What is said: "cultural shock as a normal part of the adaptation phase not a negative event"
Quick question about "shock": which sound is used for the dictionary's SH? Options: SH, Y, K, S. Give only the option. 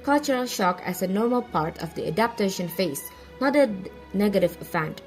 SH